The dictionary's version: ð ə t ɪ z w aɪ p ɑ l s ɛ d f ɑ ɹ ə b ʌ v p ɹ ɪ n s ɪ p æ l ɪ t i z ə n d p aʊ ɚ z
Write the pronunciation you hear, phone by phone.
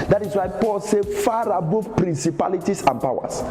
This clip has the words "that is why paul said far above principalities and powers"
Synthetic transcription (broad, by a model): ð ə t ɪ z w aɪ p ɑ l s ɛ f ɑ ɹ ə b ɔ f p ɹ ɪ n s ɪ p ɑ l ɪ t i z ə n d p aʊ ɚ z